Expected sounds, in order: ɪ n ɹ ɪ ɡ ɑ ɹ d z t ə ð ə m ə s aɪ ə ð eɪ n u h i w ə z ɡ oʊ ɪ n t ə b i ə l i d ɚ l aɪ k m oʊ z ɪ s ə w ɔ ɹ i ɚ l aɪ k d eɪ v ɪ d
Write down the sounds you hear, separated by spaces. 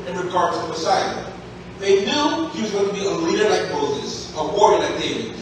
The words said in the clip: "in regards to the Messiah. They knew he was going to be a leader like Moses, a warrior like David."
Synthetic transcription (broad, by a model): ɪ n ɹ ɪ ɡ ɑ ɹ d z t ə ð ə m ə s aɪ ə ð eɪ n u h i w ə z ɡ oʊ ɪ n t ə b i ə l i d ɚ l aɪ k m oʊ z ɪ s ə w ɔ ɹ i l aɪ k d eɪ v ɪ